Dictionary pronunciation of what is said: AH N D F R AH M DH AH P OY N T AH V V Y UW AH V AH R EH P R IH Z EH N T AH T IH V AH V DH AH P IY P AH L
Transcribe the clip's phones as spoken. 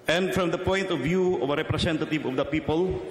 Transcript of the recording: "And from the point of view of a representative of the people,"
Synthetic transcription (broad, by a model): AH N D F R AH M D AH P OY N T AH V V Y UW AH V AH R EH P R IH S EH N T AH T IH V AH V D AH P IY P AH L